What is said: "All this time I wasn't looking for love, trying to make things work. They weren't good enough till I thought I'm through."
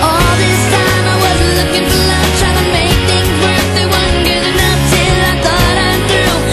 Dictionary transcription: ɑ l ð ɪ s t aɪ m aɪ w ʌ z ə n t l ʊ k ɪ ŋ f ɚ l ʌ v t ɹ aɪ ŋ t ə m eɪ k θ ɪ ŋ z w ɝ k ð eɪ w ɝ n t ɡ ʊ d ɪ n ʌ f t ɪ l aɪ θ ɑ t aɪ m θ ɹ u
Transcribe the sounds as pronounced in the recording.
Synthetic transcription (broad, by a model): ɑ l ð ɪ s t aɪ m aɪ w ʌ z l ʊ k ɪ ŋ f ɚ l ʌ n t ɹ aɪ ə m eɪ k θ ɪ ŋ z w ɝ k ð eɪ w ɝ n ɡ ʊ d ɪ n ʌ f t ɪ l aɪ θ ɑ t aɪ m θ ɹ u